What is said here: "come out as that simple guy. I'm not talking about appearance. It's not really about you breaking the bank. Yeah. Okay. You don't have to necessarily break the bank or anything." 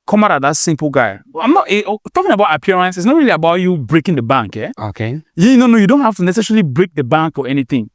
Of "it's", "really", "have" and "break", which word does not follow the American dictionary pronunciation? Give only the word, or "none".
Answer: have